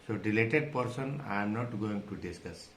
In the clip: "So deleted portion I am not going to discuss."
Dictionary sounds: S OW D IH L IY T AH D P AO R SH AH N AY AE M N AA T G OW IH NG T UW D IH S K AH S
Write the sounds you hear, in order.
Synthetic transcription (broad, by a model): S OW D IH L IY T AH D P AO R S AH N AY M N AA T G OW IH NG T UW D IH S K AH S